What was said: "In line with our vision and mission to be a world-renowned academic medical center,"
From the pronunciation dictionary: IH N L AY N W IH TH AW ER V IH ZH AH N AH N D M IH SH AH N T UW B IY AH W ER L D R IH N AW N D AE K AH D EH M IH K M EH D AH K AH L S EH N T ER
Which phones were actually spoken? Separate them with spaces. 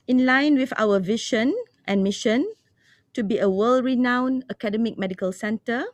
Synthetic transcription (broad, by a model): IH N L AY N W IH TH AW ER V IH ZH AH N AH N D M IH SH AH N T UW B IY AH W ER L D R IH N AW N AH K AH D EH M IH K M EH D AH K AH L S EH N T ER